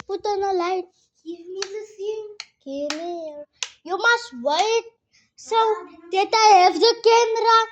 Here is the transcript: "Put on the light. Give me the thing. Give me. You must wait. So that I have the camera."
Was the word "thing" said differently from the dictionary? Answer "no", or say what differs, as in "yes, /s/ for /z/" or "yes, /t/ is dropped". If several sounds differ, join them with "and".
yes, /s/ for /θ/